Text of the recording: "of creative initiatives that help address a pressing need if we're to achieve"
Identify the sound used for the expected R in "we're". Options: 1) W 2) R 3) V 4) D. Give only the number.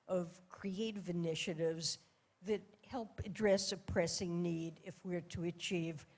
2